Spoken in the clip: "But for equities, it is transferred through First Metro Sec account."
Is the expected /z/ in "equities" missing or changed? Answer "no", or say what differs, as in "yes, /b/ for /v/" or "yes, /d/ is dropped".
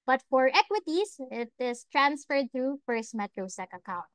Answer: yes, /s/ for /z/